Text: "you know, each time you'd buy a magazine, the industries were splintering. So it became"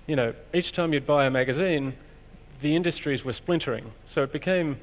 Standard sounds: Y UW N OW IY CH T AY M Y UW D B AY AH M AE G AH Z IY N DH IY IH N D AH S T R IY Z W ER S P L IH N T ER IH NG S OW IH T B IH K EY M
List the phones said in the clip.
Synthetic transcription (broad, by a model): Y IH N OW IY CH T AY M Y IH D B AY AH M AE G AH Z IY N DH IY IH N D AH S T R IY Z W ER S P L IH N T ER IH NG S OW IH T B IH K EY M